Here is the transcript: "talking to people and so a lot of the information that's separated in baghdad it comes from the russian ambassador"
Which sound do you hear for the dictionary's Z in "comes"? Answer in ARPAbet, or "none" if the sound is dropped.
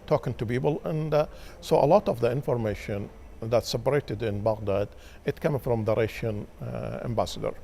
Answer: none